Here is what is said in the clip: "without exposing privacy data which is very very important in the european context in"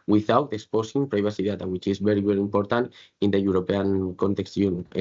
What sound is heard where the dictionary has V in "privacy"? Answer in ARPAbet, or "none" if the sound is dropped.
B